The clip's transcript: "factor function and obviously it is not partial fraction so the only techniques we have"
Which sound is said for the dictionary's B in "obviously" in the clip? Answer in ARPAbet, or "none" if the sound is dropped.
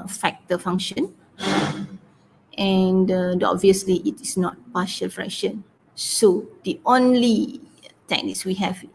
B